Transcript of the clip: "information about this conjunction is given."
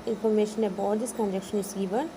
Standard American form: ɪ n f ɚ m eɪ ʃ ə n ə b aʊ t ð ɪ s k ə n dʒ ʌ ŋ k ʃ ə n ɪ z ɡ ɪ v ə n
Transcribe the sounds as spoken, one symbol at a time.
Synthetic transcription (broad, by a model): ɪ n f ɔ m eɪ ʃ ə n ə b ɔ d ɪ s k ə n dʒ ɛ k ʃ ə n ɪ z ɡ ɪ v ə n